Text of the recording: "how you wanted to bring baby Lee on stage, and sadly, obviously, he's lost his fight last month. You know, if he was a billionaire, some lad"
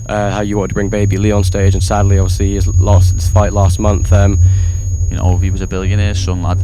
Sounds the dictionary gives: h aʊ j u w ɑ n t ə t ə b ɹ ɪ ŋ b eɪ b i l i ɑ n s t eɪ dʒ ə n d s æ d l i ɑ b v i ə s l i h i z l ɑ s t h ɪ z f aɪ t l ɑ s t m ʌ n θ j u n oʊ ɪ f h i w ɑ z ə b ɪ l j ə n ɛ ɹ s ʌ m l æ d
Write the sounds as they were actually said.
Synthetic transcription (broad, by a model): h aʊ j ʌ w ɑ n t ə t ə b ɹ ɪ ŋ b eɪ b i l i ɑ n s t eɪ dʒ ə n s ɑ d l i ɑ v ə s l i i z l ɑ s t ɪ s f aɪ t l ɑ s t m ʌ n θ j n oʊ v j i w ɑ z ə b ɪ l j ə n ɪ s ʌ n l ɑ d